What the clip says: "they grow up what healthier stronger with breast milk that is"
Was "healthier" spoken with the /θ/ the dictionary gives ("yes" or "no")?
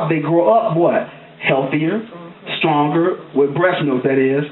yes